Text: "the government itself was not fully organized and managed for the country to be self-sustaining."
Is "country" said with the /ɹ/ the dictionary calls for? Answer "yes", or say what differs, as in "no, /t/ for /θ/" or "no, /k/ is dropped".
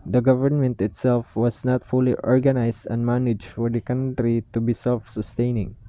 yes